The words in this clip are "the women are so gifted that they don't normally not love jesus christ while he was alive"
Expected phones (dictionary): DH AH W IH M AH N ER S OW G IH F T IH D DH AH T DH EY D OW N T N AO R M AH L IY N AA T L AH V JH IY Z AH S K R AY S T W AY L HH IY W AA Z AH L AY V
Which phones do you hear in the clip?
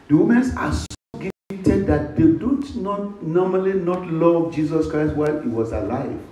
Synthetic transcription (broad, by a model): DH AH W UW M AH N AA S OW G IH T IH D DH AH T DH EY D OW N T N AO M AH L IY N AA T L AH V JH IY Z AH S K R AY S T W AY L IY W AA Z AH L AY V